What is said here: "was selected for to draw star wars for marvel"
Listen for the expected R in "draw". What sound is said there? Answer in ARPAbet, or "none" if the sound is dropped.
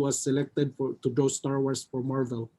none